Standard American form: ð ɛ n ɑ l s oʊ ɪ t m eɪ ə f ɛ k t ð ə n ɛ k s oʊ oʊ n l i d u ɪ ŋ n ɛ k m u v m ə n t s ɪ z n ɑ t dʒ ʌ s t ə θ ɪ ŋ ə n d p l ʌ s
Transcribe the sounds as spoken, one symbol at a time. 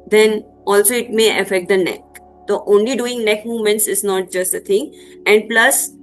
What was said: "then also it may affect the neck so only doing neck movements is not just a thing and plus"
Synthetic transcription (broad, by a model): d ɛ n ɑ l s oʊ ɪ t m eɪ ə f ɛ k t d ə n ɛ k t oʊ oʊ n l i d u ɪ ŋ n ɛ k m u v m ə n t s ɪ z n ɑ t dʒ ʌ s t ə t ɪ ŋ ə n d p l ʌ s